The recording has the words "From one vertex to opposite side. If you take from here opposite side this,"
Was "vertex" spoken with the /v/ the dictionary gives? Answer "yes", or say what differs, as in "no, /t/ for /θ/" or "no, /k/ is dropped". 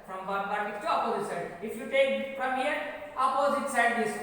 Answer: no, /b/ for /v/